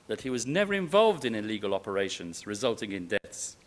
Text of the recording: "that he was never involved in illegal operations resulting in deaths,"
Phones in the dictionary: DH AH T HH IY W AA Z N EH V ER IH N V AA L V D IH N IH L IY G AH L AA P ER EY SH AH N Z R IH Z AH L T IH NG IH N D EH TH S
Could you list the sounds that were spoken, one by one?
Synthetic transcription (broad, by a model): DH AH T HH IY W AA Z N EH V ER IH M V AA L V D IH N IH L IY G AH L AA P ER EY SH AH N Z R IH Z AH L T IH NG IH N D EH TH S